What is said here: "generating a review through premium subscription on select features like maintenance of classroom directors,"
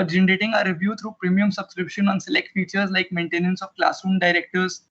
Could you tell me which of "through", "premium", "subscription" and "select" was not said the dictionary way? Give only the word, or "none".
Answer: through